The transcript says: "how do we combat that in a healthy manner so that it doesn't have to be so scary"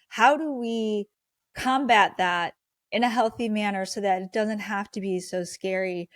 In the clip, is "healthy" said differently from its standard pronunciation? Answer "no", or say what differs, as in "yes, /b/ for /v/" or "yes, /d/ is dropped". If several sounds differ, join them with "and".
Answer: no